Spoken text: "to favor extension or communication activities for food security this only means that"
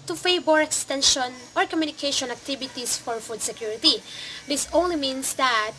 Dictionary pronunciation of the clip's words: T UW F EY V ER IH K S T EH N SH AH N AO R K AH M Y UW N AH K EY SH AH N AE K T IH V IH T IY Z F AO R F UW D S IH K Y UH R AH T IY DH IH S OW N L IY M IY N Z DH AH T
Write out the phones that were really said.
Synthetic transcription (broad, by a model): T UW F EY B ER IH K S T EH N SH AH N AO R K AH M Y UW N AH K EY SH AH N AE K T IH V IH T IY S F AO R F UW D S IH K Y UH R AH T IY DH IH S OW N L IY M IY N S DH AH T